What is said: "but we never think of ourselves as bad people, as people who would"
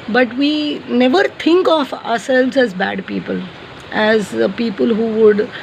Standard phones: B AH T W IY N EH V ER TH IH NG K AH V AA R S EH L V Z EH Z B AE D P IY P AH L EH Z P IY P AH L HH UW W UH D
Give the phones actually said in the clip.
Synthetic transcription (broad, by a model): B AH T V IY N EH V ER T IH NG K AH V AA R S EH L V Z EH Z B AE D P IY P AH L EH Z P IY P AH L HH UW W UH D